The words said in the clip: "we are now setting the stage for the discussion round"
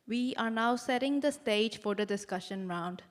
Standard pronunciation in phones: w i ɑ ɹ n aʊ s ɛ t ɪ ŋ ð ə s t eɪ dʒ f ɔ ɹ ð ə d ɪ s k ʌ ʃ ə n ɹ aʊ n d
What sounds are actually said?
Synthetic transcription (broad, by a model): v i ɑ ɹ n aʊ s ɛ t ɪ ŋ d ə s t eɪ dʒ f ɔ ɹ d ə d ɪ s k ʌ ʃ ə n ɹ aʊ n d